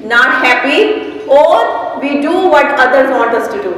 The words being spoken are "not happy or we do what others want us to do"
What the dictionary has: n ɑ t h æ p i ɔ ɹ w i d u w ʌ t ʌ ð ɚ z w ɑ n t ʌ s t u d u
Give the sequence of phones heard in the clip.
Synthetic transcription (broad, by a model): n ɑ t h æ p i ɔ ɹ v i d u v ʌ t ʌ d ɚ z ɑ t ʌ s t u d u